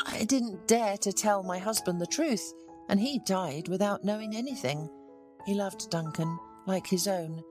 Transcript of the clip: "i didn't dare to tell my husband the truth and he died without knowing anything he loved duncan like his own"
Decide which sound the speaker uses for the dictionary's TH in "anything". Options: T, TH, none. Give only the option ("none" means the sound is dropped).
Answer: TH